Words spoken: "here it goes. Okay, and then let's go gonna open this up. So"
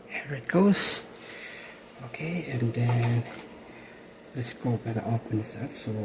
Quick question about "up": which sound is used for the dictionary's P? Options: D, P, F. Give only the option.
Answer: F